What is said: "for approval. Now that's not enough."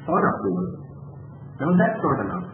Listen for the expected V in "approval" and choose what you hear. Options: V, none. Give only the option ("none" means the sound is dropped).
none